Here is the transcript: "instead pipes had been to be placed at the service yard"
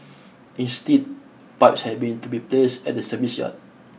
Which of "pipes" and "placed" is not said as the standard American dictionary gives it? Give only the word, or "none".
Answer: placed